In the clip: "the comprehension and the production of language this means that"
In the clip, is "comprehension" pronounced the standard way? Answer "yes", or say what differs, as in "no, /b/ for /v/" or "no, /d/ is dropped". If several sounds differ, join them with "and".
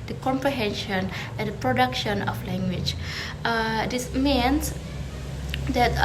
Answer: yes